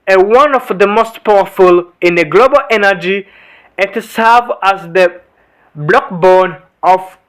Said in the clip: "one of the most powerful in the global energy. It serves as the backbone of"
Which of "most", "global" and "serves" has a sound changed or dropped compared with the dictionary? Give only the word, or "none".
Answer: serves